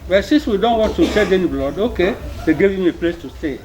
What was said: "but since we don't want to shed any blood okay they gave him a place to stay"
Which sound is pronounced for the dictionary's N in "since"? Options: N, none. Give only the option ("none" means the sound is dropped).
none